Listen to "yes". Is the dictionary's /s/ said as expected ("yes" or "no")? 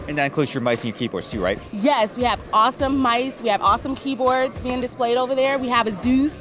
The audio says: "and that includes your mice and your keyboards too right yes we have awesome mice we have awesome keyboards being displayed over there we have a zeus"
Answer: yes